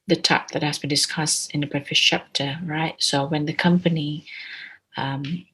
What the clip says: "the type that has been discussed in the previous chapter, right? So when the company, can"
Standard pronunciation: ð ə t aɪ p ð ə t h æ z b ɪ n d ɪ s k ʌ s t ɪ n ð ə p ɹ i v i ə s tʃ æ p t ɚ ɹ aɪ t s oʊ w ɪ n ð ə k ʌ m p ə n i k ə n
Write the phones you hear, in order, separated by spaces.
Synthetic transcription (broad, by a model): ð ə t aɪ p ð ə t h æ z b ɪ n d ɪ s k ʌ s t ɪ n ð ə b ɹ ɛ f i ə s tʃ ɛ p t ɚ ɹ aɪ t s oʊ w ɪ n ð ə k ʌ m p ə n i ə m